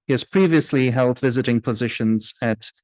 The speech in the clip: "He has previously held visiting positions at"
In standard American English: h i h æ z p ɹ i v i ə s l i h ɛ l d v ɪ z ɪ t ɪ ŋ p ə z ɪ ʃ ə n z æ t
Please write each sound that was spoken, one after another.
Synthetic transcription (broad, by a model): h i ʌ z p ɹ i v i ə s l i h ɛ l d v ɪ z ɪ t ɪ ŋ p ə z ɪ ʃ ə n z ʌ t